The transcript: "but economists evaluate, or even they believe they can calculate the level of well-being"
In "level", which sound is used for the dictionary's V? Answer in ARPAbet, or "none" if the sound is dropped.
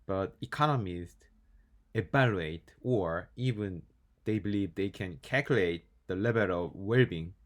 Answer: B